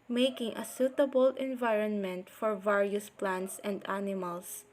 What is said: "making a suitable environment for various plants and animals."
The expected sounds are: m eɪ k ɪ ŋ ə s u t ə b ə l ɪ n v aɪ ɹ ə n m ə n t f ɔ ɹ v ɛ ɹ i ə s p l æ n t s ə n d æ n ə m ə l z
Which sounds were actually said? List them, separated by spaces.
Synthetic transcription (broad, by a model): m eɪ k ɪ ŋ ə s u t ə b ə l ɪ n v aɪ ɹ ə n m ə n t f ɔ ɹ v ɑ ɹ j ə s p l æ n t s ə n d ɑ n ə m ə l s